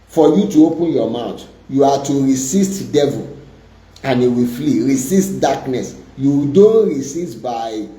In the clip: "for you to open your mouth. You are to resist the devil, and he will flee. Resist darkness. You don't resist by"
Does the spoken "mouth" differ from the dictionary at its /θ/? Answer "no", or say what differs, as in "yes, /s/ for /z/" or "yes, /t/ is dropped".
yes, /t/ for /θ/